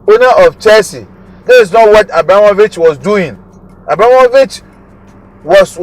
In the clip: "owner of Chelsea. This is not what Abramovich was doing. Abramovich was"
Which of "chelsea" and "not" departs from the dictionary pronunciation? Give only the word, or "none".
chelsea